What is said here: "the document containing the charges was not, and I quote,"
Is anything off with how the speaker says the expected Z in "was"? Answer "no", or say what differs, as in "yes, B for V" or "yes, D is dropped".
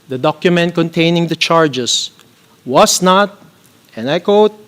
yes, S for Z